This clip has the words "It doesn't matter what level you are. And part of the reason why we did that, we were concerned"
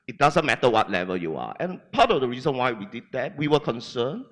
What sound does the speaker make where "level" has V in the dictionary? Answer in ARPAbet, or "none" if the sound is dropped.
V